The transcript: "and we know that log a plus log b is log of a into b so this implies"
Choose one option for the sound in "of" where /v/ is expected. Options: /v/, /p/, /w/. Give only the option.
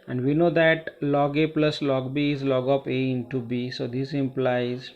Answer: /p/